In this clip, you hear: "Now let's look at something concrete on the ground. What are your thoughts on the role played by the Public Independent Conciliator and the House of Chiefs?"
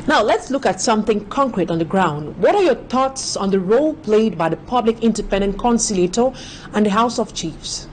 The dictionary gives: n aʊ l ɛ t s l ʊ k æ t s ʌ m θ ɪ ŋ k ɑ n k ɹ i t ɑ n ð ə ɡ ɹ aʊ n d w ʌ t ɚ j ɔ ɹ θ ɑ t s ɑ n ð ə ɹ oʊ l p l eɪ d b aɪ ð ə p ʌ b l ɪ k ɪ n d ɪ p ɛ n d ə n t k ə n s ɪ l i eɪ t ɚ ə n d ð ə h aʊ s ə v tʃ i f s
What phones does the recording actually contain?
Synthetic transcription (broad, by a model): n aʊ l ɛ t s l ʊ k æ t s ʌ m θ ɪ ŋ k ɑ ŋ k ɹ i t ɑ n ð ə ɡ ɹ aʊ n d w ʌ t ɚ j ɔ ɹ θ ɑ t s ɑ n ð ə ɹ oʊ l p l eɪ d b aɪ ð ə p ʌ b l ɪ k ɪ n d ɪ p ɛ n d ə n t k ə n s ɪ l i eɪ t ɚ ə n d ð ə h aʊ s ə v tʃ i f s